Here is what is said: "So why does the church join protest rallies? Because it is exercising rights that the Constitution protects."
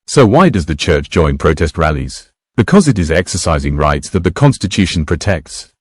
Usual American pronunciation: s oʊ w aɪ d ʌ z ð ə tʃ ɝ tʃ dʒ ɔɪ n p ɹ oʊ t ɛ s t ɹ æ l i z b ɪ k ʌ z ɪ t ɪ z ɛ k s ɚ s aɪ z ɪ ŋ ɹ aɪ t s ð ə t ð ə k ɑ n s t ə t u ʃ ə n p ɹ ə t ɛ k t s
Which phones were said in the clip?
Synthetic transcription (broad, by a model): s oʊ w aɪ d ʌ z ð ə tʃ ɝ tʃ dʒ ɔɪ n p ɹ oʊ t ɛ s t ɹ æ l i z b ɪ k ʌ z ɪ t ɪ z ɛ k s ɚ s aɪ z ɪ ŋ ɹ aɪ t s ð ə t ð ə k ɑ n s t ə t u ʃ ə n p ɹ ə t ɛ k t s